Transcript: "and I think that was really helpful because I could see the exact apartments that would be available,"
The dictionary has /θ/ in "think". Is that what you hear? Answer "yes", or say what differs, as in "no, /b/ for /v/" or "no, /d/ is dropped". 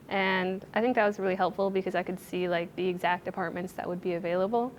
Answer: yes